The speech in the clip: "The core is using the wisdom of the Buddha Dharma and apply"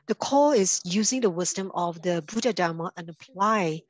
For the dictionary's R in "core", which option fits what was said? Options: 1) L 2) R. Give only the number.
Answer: 1